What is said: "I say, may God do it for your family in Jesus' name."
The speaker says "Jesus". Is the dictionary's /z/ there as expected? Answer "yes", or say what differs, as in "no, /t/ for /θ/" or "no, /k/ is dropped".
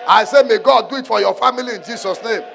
no, /s/ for /z/